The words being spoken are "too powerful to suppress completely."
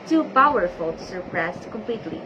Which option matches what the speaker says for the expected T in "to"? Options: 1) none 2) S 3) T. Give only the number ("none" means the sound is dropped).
2